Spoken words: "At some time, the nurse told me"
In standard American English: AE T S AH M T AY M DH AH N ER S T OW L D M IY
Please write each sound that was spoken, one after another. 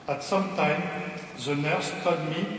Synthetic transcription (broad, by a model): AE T S AH M T AY M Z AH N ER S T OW D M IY